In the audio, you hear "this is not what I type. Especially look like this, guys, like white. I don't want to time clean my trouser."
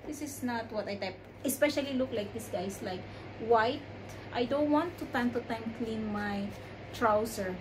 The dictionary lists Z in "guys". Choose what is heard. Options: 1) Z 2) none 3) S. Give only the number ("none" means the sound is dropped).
3